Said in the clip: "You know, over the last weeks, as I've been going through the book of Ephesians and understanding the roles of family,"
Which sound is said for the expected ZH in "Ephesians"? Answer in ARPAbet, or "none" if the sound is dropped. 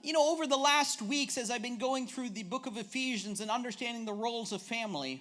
ZH